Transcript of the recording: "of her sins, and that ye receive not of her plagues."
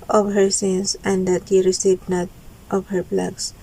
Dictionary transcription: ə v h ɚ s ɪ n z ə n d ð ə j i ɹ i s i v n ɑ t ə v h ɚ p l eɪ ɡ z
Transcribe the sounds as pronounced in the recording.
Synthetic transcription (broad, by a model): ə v h ɚ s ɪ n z ə n d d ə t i ɹ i s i b n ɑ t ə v h ɚ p l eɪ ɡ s